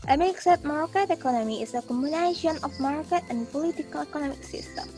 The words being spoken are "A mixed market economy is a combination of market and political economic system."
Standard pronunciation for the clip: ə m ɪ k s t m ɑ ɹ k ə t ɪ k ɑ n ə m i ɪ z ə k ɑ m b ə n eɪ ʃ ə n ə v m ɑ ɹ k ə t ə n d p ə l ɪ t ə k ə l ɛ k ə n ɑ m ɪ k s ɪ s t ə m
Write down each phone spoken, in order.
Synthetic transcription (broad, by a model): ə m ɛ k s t m ɑ ɹ k ə t ɪ k ɑ n ə m i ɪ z ə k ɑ m ə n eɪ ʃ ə n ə f m ɑ ɹ k ə t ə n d p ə l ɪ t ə k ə l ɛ k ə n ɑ m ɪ k s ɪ s t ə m